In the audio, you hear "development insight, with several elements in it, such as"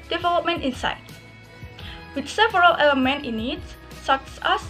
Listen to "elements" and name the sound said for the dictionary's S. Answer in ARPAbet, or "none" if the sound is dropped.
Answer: none